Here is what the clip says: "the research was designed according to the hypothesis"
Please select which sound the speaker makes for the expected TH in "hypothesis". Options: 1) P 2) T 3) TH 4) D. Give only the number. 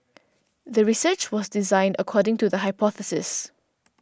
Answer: 3